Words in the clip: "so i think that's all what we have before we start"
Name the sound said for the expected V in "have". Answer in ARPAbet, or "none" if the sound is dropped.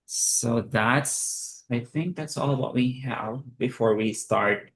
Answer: V